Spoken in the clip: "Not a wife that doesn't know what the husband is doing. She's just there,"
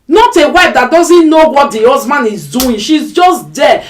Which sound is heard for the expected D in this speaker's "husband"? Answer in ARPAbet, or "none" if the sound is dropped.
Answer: none